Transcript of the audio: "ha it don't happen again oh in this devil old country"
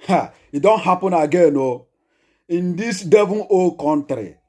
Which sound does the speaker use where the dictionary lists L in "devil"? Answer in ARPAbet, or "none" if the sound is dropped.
N